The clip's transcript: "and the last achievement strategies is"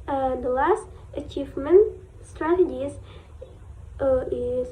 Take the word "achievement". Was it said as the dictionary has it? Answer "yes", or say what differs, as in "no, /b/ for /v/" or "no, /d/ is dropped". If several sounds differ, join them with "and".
yes